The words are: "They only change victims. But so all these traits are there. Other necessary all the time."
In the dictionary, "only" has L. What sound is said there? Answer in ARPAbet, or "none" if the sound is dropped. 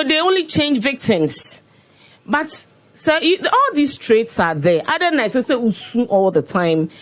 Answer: L